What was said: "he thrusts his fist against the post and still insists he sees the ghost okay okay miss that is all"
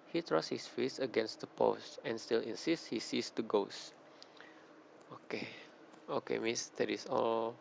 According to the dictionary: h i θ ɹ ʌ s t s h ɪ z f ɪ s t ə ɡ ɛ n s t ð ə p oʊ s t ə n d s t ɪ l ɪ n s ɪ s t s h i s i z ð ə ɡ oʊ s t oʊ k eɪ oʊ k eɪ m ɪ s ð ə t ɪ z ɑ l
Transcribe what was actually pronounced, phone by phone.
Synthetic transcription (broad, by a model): h i t ɹ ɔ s s h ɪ s f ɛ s ə ɡ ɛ n s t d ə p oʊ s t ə n s t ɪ l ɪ n s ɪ s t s h i s i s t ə ɡ oʊ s oʊ k eɪ oʊ k eɪ m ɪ s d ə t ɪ s ɑ l